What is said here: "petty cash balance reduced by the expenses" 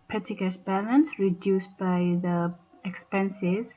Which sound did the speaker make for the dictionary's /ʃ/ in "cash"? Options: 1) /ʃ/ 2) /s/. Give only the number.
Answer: 2